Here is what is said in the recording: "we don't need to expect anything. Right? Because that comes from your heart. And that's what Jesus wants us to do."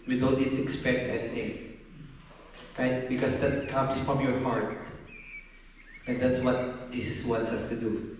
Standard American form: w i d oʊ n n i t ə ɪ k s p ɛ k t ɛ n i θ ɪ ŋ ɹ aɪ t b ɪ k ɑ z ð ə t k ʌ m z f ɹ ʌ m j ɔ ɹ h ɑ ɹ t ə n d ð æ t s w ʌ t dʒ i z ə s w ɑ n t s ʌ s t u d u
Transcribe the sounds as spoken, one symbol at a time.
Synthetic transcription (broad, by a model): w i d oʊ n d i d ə ɪ k s p ɛ k t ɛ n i t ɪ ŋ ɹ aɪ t b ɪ k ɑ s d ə t k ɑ m s f ɹ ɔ m j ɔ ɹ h ɑ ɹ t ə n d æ t s w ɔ t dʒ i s w ɑ n t s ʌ s t u d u